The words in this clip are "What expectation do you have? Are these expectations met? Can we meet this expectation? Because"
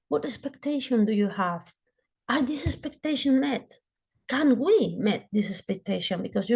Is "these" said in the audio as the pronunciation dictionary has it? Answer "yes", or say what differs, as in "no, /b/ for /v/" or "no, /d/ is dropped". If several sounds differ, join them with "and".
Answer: no, /s/ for /z/